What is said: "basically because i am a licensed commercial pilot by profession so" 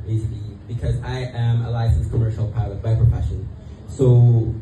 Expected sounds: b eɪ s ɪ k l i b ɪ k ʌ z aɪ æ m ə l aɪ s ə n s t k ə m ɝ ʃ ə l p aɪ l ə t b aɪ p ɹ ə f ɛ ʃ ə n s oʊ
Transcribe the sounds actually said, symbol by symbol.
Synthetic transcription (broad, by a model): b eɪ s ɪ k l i b ɪ k ʌ z aɪ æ m ə l aɪ s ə n s k ə m ɝ ʃ ə l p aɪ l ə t b aɪ p ɹ ə f ɛ ʃ ə n s oʊ